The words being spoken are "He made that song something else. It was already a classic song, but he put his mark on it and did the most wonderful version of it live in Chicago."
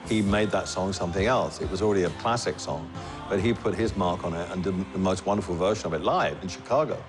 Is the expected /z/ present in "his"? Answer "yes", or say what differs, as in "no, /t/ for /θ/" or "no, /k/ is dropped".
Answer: yes